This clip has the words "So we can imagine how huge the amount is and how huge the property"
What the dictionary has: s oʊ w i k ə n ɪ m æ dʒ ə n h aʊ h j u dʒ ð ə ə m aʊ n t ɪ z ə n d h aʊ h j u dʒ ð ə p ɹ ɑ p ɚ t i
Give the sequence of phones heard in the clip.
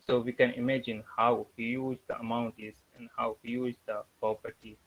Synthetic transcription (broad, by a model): s oʊ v i k ə n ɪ m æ dʒ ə n h aʊ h j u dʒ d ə ə m aʊ n t ɪ z ə n d h aʊ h j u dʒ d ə p ɹ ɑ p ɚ t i